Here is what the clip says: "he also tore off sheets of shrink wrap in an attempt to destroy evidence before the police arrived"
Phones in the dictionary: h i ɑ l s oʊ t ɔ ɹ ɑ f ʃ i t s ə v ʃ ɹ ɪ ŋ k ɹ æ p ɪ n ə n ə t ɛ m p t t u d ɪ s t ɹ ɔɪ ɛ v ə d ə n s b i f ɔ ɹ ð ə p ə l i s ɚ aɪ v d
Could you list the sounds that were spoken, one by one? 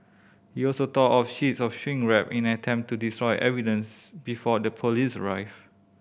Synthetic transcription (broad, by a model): h i ɑ l s oʊ t ɔ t ɑ f ʃ i t s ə f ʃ w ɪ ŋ ɹ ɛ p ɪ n n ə t ɛ m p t t u d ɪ s t ɹ ɔɪ ɛ v ə d ə n s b i f ɔ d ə p ə l i s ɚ aɪ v